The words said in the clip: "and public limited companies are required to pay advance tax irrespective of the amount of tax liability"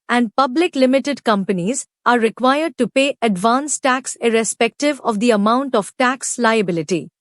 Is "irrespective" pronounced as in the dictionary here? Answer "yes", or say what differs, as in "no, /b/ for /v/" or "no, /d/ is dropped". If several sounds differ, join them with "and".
yes